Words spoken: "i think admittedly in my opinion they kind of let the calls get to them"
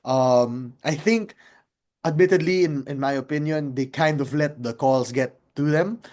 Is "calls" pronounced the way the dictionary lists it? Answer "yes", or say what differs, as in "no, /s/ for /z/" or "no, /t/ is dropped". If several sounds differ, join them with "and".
no, /s/ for /z/